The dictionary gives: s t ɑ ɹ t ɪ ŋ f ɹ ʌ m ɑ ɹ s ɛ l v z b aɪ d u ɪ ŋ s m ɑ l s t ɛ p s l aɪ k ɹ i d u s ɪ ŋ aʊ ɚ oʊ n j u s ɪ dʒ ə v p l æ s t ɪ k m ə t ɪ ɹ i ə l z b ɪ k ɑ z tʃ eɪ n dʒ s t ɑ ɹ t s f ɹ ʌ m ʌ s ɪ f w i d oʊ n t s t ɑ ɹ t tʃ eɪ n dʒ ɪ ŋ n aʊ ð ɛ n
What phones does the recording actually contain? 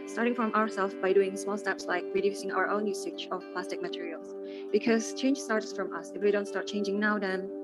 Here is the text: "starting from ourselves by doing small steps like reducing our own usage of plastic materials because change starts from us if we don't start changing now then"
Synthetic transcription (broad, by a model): s t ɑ ɹ t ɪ ŋ f ɹ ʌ m ɑ ɹ s ɛ l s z b aɪ d u ɪ ŋ s m ɑ l s t ɛ p s l aɪ k ɹ i d u s ɪ ŋ aʊ ɚ oʊ n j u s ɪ tʃ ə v p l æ s t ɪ k m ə t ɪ ɹ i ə l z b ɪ k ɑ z tʃ eɪ n dʒ s t ɑ ɹ t s f ɹ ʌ m ʌ s ɪ f w i d oʊ n t s t ɑ ɹ t tʃ eɪ n dʒ ɪ ŋ n aʊ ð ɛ n